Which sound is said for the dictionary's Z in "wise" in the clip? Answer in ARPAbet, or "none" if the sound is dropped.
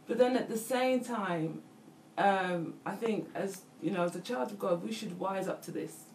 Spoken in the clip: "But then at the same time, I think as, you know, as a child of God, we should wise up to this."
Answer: Z